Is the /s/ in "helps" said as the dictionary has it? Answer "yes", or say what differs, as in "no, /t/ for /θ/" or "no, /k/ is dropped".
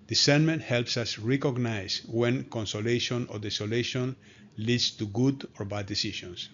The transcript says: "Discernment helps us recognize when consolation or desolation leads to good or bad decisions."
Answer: yes